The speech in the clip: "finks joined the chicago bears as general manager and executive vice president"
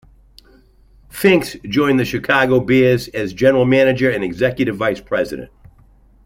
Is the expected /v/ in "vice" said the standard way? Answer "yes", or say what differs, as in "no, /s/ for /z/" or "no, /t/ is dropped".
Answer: yes